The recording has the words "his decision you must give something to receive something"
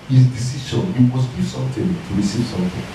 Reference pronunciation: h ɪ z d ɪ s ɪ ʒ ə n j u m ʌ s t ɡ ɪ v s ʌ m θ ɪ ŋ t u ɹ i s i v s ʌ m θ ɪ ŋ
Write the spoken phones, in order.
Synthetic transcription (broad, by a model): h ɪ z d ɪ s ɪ ʃ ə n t m ʌ s t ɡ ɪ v s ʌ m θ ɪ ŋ t u ɹ i s i v s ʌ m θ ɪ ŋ